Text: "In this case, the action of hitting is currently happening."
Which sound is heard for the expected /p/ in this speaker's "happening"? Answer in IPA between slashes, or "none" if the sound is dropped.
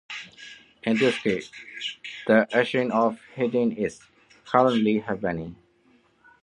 /b/